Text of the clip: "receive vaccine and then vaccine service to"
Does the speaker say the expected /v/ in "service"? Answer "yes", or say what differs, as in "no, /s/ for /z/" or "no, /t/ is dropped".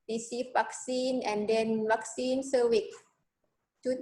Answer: no, /w/ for /v/